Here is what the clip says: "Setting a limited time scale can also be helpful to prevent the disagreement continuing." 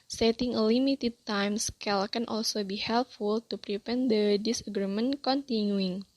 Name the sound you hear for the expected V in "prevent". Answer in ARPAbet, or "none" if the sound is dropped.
P